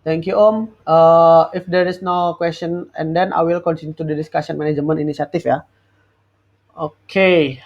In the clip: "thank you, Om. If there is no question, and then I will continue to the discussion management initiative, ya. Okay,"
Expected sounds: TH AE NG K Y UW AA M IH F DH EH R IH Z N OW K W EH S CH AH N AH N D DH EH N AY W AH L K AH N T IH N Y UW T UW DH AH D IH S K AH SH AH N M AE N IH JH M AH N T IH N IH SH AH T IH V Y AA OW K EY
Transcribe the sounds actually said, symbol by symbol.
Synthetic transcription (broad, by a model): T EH NG K Y UW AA M IH F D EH R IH S N OW K W EH S CH AH N AH N D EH N AY W AH L K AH N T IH N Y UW T UW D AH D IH S K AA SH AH N M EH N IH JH M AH N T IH N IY S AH T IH F Y AA OW K EY